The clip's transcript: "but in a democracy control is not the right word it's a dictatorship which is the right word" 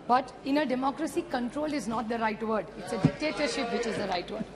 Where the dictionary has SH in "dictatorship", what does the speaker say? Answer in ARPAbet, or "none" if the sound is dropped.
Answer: SH